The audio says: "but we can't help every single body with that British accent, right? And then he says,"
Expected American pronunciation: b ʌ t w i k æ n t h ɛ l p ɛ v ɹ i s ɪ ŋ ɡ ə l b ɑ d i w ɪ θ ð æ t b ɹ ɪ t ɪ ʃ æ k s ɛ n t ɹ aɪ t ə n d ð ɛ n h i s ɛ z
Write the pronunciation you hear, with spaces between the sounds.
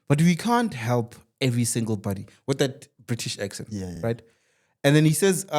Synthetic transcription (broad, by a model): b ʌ t w i k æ n t h ɛ l p ɛ v ɹ i s ɪ ŋ ɡ ə l b ɑ d i w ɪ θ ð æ t b ɹ ɪ t ɪ ʃ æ k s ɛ n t ɹ aɪ t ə n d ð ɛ n h i s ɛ z